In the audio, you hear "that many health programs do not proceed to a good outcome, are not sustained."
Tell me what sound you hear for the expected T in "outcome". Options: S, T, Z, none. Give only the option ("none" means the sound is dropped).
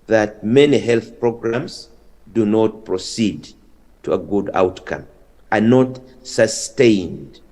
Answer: T